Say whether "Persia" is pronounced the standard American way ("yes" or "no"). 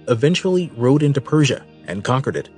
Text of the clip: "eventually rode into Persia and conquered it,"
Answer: yes